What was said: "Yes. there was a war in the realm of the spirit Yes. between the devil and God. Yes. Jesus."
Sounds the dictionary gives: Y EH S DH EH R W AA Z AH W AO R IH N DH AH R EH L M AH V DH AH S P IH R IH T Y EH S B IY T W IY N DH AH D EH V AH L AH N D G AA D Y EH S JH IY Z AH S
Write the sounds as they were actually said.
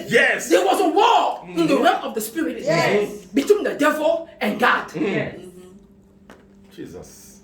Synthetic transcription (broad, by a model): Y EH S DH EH W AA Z AH W AO IH N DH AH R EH M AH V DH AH S P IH R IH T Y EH B IY T W IY N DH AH D EH V AH L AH N G AA D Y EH JH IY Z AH S